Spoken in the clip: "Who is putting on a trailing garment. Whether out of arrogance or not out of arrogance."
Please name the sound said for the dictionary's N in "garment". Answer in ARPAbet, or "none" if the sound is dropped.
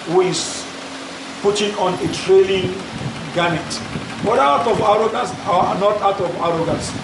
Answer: none